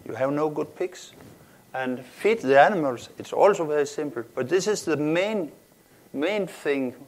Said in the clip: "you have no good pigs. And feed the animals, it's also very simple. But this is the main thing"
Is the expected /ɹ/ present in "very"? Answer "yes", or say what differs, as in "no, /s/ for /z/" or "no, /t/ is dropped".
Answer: yes